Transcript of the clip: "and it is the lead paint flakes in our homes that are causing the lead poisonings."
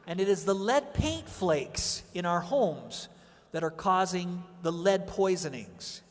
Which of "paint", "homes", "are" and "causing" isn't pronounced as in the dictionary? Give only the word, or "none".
none